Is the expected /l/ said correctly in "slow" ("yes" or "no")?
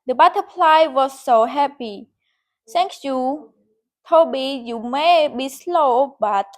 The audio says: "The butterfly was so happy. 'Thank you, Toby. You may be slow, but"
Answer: yes